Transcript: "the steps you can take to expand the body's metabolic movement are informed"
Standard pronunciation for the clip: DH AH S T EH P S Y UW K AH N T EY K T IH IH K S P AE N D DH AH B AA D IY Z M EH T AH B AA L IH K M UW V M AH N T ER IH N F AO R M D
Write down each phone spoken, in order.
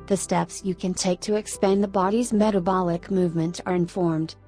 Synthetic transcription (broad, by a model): DH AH S T EH P S Y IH K AH N T EY K T IH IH K S P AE N DH AH B AA D IY Z M EH T AH B AA L IH K M UW V M AH N T ER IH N F AO R M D